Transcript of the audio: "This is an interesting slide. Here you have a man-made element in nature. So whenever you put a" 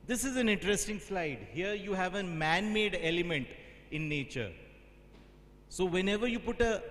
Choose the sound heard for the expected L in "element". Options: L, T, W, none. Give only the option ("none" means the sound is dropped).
L